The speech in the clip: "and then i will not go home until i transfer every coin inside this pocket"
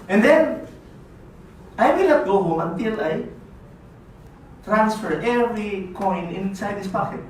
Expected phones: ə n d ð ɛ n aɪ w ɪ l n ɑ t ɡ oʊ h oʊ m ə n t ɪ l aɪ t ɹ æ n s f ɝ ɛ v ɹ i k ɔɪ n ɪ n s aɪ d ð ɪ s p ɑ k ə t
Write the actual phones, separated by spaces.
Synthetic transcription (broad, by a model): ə n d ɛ n aɪ w ɪ l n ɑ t ɡ oʊ h oʊ m ə n t ɪ l aɪ t ɹ æ n s f ɝ ɛ v ɹ i k ɔɪ n ɪ n s aɪ d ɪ s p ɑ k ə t